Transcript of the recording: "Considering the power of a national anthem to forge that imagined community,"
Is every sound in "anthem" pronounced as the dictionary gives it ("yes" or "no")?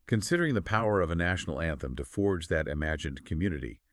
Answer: yes